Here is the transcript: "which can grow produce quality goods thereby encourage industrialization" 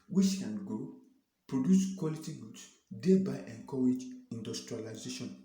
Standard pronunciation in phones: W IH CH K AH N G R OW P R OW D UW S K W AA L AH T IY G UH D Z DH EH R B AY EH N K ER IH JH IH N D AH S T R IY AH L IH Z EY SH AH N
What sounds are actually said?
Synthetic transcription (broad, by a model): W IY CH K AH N G OW P R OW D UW S K W AA L AH T IY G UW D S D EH B AY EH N K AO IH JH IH N D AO S T R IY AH L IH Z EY SH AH N